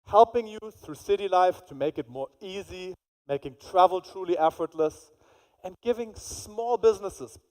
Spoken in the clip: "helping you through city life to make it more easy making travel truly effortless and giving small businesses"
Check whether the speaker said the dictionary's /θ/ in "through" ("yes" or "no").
yes